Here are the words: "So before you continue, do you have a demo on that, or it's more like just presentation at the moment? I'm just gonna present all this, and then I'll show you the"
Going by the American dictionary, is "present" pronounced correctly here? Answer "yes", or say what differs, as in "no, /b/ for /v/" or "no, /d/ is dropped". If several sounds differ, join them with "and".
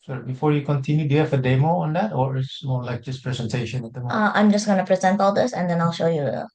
yes